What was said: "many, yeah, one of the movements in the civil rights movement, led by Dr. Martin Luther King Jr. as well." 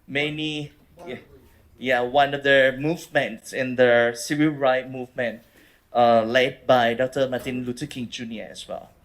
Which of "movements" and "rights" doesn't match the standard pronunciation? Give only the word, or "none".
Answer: rights